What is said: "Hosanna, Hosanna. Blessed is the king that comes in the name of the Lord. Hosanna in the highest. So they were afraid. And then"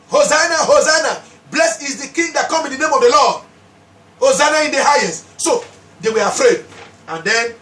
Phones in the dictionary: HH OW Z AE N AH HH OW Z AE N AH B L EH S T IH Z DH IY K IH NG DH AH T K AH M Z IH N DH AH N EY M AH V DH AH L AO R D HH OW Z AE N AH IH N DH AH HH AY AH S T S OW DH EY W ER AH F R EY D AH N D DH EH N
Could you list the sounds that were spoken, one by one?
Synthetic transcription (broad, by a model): HH OW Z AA N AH HH OW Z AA N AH B L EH S IH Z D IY K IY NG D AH T K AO M IH N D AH N EY M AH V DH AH L AO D HH OW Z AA N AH IH N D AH HH AY AH S T S OW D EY W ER AH F R EY D AH N D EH N